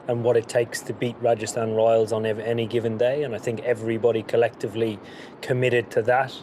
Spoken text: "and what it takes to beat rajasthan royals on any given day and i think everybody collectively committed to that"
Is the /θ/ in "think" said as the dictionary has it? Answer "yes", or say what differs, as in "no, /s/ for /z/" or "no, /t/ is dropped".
yes